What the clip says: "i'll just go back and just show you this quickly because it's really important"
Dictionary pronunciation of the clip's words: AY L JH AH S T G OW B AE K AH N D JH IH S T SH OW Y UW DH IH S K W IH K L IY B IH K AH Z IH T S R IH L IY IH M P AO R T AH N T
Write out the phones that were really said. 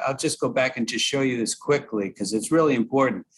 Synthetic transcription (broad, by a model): AY L JH AH S G OW B AE K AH N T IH SH OW Y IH DH IH S K W IH K L IY K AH Z IH T S R IH L IY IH M P AO R T N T